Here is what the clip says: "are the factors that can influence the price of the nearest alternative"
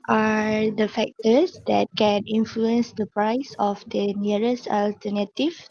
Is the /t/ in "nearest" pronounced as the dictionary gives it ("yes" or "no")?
no